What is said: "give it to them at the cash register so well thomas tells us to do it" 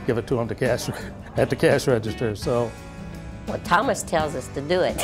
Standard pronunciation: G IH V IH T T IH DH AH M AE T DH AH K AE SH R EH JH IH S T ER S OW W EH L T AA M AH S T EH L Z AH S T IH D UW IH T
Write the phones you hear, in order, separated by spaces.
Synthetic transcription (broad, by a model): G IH V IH T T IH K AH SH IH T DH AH K AE SH R EH JH IH S T ER S OW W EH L T AA M AH S T EH L Z AH S T IH D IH IH T